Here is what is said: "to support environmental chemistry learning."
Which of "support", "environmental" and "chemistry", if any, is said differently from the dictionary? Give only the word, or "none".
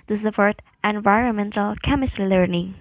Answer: support